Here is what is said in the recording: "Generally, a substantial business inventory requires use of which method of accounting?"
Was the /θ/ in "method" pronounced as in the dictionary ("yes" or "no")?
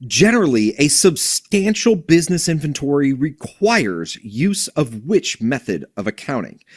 yes